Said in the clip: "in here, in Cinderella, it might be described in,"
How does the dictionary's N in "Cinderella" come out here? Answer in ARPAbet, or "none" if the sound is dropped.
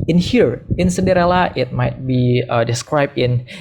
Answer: none